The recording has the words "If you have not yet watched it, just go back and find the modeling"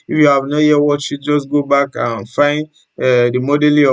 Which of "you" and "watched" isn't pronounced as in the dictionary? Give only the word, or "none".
watched